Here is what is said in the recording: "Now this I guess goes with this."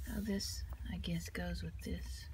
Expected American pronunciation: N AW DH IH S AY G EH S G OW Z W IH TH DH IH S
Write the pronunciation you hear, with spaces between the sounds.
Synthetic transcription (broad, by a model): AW DH IH S AY G EH S G OW Z W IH DH IH S